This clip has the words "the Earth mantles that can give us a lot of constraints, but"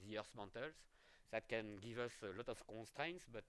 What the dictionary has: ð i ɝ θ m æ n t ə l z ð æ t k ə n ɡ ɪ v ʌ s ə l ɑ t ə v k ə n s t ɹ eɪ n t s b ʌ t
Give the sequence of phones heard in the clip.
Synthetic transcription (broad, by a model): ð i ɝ s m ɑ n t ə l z ð æ t k ə n ɡ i v ʌ s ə l ɑ t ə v k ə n s t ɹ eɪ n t s b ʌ t